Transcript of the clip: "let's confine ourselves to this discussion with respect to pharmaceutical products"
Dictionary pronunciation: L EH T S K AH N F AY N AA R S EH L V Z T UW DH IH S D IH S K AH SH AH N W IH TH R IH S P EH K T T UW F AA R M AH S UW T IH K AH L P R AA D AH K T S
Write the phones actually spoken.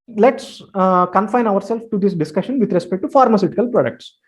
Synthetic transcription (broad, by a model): L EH T S K AH N F AY N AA R S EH L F T UW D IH S D IH S K AH SH AH N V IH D R IH S P EH K T T UW F AA R M AH S UW T IH K AH L P R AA D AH K T S